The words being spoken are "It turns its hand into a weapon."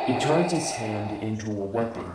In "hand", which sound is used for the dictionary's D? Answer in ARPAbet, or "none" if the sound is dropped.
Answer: D